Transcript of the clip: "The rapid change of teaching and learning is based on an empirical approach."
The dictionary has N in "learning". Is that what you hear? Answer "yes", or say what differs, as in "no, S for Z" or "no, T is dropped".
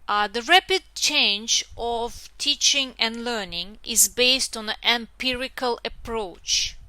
yes